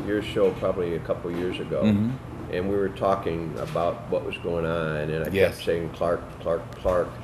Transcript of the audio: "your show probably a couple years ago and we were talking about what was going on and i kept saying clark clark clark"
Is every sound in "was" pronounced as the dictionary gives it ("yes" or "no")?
yes